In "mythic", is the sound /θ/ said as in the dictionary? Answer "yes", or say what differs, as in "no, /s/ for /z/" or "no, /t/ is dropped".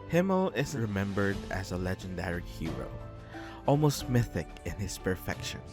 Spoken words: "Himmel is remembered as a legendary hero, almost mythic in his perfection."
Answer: yes